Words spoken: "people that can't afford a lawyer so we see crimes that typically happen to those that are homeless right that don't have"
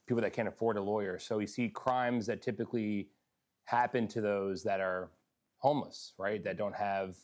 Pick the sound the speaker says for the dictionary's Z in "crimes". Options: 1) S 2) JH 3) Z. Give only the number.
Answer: 3